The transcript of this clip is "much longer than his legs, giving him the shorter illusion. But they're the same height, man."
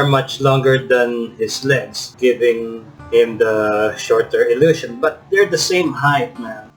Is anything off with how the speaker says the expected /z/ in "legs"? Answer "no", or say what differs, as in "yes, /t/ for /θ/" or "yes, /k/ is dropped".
yes, /s/ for /z/